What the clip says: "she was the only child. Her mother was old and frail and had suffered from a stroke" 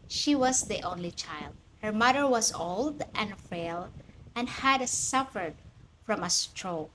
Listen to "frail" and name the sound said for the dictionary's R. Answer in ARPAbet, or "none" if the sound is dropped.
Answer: none